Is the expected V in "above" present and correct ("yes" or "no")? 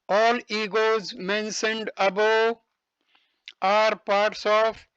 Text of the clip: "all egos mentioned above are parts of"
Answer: no